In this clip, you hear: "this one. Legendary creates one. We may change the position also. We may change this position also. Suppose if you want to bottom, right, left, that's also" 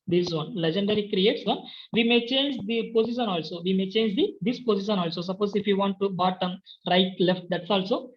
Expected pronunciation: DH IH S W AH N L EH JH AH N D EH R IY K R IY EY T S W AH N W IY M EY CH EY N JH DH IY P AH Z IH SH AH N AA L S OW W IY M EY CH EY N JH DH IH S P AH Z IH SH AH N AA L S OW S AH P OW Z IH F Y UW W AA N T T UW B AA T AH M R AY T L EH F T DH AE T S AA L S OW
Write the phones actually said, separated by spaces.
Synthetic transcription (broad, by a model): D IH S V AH N L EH JH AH N D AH R IY K R IY EY T S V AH N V IY M EY CH EY N JH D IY P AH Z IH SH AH N AA L S OW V IY M EY CH EY N JH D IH S P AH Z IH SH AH N AA L S OW S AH P OW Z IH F Y UW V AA N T T UW B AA T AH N R AY T L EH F T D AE T S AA L S OW